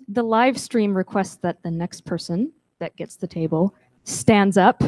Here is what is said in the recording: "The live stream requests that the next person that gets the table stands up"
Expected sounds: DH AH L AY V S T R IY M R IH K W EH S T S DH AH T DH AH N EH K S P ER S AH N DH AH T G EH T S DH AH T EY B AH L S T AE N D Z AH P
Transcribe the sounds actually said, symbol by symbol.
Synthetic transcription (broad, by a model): DH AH L AY V S T R IY M R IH K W EH S T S DH AH T DH AH N EH K S P ER S AH N DH AH T G EH T S DH AH T EY B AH L S T AE N D Z AH P